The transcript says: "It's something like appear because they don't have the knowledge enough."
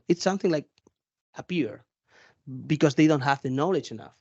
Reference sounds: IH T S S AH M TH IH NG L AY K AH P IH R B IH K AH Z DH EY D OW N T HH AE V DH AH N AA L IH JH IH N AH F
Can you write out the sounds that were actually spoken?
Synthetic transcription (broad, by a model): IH T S S AH M TH IH NG L AY K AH P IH R B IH K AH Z DH EY D OW N T HH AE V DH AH N AA L IH JH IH N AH F